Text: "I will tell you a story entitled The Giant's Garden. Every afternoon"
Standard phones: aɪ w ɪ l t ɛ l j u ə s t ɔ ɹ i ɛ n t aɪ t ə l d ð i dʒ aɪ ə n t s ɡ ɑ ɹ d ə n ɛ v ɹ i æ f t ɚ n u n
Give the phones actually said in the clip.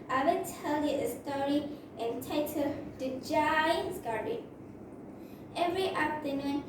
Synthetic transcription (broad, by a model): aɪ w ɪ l t ɛ l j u ə s t ɔ ɹ i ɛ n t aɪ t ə d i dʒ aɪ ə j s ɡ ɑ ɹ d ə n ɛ v ɹ i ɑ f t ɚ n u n